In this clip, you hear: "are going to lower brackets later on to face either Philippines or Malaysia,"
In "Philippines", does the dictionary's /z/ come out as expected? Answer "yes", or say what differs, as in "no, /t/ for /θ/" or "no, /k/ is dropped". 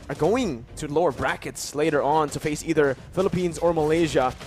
yes